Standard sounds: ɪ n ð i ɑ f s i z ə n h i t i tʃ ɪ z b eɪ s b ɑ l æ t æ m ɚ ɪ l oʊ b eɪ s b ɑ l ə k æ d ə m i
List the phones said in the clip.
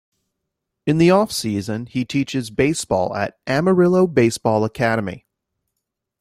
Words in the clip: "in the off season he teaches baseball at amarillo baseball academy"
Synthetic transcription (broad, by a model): ɪ n ð i ɑ f s i z ə n i t i tʃ ɪ z b eɪ s b ɑ l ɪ t æ m ɚ ɪ l oʊ b eɪ s b ɑ l ə k æ d ə m i